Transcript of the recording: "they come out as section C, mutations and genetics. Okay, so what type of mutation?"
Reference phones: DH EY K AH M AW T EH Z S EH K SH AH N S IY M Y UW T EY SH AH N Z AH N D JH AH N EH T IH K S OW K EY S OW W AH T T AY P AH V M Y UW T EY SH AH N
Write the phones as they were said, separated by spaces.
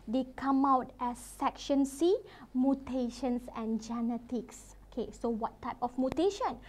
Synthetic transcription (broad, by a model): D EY K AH M AW T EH S EH K SH AH N S IY M Y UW T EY SH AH N S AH N JH AH N EH T IH K S OW K EY S OW W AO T T AY P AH F M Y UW T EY SH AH N